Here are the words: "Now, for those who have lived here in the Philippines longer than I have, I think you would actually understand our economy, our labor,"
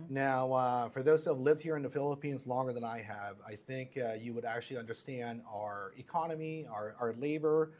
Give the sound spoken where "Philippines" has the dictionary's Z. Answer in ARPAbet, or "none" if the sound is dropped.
Z